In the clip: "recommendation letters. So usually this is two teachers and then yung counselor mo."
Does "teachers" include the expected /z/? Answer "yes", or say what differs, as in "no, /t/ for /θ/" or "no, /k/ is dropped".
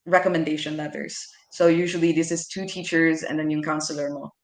yes